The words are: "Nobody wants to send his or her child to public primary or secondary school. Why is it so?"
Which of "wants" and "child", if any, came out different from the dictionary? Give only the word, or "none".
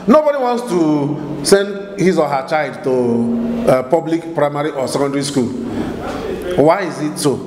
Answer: none